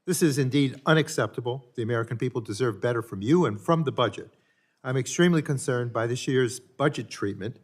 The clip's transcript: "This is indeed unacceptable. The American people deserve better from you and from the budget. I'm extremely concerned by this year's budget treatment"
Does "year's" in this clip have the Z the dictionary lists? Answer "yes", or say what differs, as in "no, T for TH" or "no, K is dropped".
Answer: yes